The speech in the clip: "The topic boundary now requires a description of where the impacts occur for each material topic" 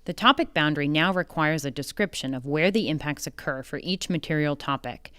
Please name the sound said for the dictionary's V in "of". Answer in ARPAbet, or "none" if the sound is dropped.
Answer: V